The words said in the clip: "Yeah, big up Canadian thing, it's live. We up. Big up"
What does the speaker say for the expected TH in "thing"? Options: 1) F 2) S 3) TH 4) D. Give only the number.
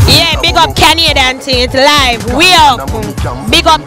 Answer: 2